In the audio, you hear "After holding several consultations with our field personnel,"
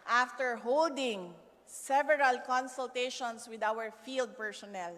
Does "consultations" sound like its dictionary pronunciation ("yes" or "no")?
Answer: no